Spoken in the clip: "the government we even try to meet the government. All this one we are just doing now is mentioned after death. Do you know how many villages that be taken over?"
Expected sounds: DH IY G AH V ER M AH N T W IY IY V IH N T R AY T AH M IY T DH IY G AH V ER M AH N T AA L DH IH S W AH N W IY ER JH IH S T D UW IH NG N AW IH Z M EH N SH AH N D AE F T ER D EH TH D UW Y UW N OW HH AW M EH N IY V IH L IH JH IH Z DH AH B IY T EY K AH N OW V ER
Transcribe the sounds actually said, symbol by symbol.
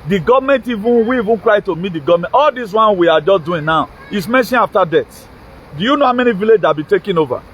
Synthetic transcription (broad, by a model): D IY G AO V M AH N T W IY IY V IH N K R AY T AH M IY T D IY G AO V M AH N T AA L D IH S W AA N W IY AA JH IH S D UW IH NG N AW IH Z M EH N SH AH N AA F T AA D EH T D UW Y UW N OW HH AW M EH N IY V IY L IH JH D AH B IY T EY K AH N OW V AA